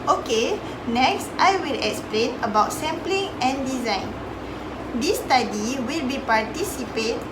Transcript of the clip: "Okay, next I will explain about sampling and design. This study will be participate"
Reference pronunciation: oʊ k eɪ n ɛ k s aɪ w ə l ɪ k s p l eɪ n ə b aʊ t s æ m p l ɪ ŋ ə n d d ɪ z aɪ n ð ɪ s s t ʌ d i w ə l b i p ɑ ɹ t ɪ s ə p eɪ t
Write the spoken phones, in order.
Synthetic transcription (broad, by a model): oʊ k eɪ n ɛ k s aɪ w ə l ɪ k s p l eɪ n ə b aʊ t s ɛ m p l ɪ ŋ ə n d d ɪ z aɪ n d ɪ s s t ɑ d i w ə l b i p ɑ ɹ t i s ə p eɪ t